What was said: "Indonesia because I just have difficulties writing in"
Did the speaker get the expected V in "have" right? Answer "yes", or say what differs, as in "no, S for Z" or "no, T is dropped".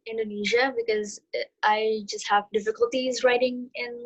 yes